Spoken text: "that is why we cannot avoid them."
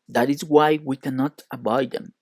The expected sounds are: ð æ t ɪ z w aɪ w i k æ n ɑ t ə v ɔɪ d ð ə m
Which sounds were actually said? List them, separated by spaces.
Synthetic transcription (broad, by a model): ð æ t ɪ z w aɪ w i k æ n ɑ t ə b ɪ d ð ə m